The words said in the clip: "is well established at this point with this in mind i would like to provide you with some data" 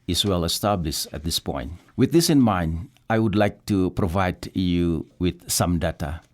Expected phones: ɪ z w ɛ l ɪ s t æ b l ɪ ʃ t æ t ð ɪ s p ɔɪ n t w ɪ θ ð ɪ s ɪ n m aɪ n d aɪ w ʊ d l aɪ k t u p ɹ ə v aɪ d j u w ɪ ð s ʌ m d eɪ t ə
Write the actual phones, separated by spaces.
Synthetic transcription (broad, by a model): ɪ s w ɛ l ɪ s t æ b l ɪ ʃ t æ t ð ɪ s p ɔɪ n t w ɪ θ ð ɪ s ɪ n m aɪ n d aɪ w ʊ d l aɪ k t u p ɹ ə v aɪ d j u w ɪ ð s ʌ m d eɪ t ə